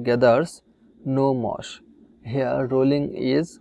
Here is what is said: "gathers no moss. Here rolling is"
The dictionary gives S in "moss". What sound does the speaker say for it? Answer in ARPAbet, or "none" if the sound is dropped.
SH